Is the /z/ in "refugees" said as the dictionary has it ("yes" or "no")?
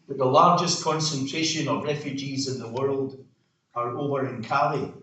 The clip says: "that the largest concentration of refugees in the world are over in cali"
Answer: yes